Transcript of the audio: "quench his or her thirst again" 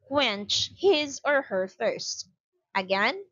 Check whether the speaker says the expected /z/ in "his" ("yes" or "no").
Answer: yes